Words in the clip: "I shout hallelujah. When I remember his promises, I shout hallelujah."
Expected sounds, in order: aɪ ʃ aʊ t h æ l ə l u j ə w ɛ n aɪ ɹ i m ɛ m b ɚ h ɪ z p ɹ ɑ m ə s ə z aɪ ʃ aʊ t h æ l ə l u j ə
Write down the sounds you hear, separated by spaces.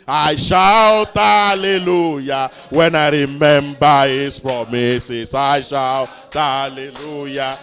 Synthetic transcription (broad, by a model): aɪ ʃ aʊ t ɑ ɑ l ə l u j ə w ɛ n aɪ ɹ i m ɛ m b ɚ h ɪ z p ɹ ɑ m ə s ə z aɪ ʃ aʊ t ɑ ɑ l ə l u j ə